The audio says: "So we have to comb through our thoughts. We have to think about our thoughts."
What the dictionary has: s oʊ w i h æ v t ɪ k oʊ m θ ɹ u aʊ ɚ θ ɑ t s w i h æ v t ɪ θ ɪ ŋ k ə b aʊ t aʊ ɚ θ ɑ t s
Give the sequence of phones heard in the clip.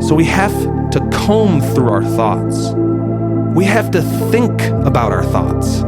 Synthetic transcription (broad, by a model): s oʊ w i h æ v t ɪ k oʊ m θ ɹ u aʊ ɚ θ ɑ t s w i h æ f t ɪ θ ɪ ŋ k ə b aʊ t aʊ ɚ θ ɑ t s